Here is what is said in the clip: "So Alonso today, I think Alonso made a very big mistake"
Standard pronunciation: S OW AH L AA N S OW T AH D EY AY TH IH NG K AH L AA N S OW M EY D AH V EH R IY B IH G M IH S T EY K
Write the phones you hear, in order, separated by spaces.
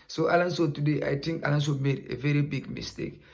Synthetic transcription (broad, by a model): S OW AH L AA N S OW T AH D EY AY T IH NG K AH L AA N S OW M EY D AH V EH R IY B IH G M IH S T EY K